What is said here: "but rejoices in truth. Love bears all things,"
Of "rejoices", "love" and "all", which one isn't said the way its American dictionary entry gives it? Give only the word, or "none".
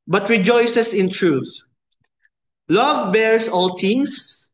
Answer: rejoices